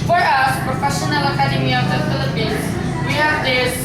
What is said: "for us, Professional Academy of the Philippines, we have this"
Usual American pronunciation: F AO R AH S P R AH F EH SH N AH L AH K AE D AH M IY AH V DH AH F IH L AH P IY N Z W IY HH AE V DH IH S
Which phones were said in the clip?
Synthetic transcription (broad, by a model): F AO R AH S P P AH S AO N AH L AH K AE D AH M IY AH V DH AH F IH L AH P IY N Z W IY HH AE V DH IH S